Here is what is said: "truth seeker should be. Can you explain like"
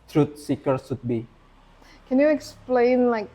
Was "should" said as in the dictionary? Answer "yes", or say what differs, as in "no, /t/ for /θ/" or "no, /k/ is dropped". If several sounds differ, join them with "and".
no, /s/ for /ʃ/